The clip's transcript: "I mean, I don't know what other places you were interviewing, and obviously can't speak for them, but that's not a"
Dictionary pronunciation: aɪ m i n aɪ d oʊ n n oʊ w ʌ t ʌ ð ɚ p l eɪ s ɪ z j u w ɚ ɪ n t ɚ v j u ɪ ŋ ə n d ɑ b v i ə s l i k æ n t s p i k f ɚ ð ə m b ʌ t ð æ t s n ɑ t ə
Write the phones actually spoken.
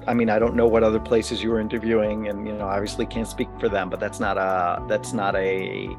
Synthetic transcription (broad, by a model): aɪ m i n aɪ d oʊ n n oʊ w ʌ t ʌ ð ɚ p l eɪ s ɪ z j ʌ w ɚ ɪ n t ɚ v j u ɪ ŋ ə n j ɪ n v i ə s l i k æ n t s p i k f ɚ ð ə m b ʌ t ð æ t s n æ t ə